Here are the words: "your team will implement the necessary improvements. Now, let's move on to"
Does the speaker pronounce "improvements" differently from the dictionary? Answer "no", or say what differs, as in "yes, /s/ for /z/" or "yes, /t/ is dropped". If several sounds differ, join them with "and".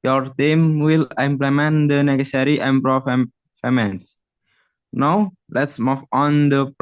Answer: yes, /f/ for /v/